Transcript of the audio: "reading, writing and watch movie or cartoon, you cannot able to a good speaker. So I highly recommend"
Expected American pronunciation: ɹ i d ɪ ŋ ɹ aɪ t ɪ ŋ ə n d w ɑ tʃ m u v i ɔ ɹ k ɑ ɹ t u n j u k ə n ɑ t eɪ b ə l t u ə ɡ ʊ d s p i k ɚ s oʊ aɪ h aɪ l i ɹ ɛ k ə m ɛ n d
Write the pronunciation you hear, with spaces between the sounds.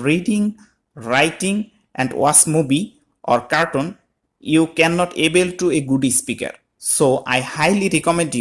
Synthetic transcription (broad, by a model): ɹ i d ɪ ŋ ɹ aɪ t ɪ ŋ ə n d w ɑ s m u b i ɔ ɹ k ɑ ɹ t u n j u k ə n ɑ t eɪ b ə l t u ə ɡ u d s p i k ɚ s oʊ aɪ h aɪ l i ɹ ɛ k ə m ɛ n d